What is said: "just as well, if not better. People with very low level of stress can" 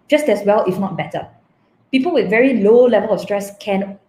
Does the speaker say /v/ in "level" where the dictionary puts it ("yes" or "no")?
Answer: yes